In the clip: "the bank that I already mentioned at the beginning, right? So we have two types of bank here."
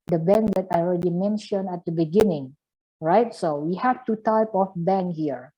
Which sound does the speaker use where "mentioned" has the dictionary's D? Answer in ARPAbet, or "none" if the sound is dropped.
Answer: none